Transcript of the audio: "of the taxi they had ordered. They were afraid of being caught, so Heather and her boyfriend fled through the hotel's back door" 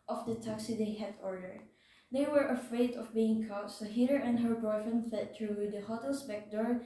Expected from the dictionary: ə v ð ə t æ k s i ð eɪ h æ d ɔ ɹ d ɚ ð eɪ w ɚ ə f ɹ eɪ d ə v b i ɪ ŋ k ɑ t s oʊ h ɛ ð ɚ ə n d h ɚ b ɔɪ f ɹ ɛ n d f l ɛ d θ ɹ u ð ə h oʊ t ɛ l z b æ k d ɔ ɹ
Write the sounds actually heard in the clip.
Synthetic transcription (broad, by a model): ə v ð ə t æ k s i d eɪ h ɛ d ɔ ɹ d ɚ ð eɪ w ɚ ə f ɹ eɪ d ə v b i ɪ ŋ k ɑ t s oʊ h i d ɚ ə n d h ɚ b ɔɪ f ɛ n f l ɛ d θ ɹ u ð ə h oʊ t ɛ l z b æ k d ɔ ɹ